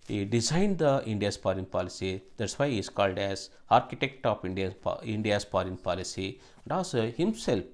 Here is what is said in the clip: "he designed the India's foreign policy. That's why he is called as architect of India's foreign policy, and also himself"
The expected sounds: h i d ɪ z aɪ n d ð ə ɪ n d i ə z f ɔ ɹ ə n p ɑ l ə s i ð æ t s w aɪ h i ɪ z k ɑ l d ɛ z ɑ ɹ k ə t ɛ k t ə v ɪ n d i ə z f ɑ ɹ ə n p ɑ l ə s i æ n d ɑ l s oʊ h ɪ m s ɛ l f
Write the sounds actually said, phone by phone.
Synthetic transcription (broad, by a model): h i d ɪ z aɪ n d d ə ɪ n d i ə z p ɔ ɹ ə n p ɑ l ə s i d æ t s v aɪ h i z k ɑ l d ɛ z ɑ ɹ k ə t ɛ k t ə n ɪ n d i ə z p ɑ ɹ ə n p ɑ l ə s i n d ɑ s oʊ h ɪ m s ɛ l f